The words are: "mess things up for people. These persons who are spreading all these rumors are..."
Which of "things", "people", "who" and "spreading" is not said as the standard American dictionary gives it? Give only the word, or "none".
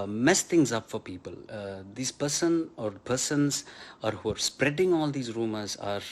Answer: things